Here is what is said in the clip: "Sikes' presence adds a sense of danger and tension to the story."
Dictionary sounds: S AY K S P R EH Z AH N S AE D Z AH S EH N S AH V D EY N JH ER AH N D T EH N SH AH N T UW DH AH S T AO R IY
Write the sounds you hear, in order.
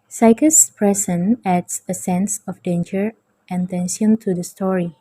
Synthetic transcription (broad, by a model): S AY K S P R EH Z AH N AE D S AH S EH N S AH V D EY N JH ER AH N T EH N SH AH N T UW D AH S T AO R IY